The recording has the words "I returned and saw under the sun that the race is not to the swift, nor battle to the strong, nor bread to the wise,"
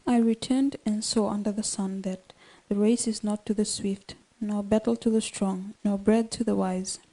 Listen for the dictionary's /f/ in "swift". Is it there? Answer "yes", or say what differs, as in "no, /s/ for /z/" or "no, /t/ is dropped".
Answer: yes